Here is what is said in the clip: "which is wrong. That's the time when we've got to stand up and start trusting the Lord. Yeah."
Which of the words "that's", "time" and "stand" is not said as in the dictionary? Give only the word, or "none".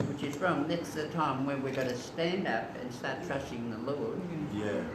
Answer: none